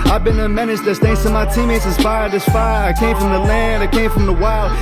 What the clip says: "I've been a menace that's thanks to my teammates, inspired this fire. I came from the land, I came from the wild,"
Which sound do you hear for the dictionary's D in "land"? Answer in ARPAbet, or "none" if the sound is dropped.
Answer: D